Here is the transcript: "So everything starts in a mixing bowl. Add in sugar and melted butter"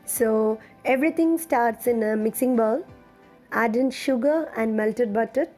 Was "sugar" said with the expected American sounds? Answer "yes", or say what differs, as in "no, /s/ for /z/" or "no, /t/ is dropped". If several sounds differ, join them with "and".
yes